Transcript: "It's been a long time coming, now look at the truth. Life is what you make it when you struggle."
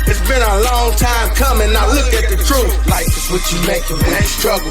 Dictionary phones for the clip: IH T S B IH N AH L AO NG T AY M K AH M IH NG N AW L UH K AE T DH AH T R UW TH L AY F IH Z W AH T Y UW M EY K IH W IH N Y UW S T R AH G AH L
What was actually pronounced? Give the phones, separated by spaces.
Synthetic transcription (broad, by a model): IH T S B IH N AH L AO NG T AY M K AH M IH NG N AW L UH K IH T DH AH T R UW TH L AY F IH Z W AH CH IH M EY IH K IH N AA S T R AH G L